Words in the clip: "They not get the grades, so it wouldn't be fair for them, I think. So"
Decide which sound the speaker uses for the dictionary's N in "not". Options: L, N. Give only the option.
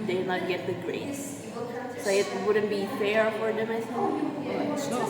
L